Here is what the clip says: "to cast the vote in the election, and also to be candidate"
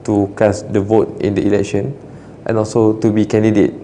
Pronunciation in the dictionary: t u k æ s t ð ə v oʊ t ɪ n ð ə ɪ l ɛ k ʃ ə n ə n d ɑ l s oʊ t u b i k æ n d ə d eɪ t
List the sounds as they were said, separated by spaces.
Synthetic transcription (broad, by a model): t u k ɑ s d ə v oʊ t ɪ n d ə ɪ l ɛ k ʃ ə n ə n ɑ l s oʊ t u b i k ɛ n d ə d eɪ t